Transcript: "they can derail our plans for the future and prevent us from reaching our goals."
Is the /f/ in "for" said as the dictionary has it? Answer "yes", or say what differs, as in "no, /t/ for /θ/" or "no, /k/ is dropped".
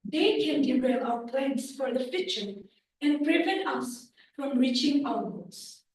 yes